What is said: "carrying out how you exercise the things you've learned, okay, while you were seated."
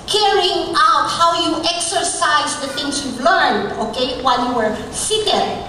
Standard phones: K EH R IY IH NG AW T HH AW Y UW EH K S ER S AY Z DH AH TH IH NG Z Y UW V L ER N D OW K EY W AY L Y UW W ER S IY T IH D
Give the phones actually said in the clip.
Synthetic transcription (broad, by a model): K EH R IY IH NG AW T HH AW Y UW EH K S ER S AY Z DH AH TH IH NG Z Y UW B L ER N D OW K EY W AY L Y UW W ER S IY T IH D